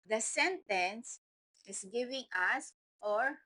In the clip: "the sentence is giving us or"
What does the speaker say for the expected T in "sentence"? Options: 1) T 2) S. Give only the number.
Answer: 1